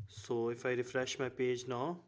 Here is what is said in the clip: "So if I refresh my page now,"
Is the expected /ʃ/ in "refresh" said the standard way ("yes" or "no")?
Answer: yes